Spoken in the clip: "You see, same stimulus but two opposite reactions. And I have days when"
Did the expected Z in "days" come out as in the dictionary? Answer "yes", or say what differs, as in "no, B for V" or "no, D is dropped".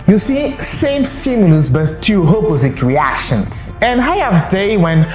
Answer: no, Z is dropped